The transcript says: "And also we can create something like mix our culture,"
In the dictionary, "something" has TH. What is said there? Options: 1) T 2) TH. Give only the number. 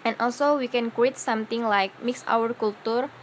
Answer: 1